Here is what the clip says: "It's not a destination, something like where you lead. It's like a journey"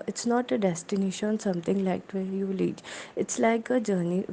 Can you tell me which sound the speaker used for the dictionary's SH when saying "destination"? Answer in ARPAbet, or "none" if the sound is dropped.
SH